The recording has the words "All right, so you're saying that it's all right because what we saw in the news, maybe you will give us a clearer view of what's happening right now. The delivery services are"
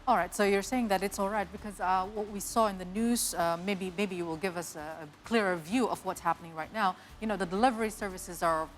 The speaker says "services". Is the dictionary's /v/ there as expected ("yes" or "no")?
yes